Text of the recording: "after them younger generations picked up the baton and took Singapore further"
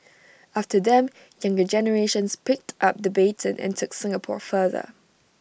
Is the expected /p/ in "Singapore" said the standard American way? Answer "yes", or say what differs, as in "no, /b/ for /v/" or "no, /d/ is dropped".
yes